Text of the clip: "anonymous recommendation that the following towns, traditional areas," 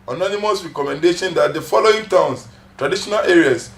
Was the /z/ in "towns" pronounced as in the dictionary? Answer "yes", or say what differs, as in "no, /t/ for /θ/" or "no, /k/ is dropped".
no, /s/ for /z/